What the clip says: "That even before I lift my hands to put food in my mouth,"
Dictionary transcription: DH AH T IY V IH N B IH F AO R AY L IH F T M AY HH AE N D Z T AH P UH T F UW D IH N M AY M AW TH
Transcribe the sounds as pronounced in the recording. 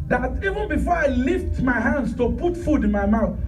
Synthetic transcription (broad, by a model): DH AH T IY V IH N B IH F AO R AY L IH F T M AY HH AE N D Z T AH P UH T F UW D IH N M AY M AW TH